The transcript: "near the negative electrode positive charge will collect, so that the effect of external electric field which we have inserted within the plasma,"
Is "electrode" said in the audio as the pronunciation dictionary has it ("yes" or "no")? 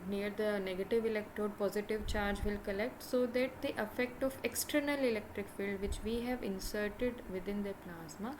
yes